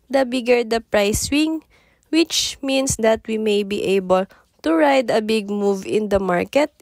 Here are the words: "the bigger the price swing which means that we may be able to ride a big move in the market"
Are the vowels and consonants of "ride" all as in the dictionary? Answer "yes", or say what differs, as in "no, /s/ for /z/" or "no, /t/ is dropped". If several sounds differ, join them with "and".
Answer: yes